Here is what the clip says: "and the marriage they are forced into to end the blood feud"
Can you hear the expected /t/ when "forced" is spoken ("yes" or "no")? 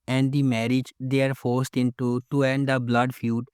yes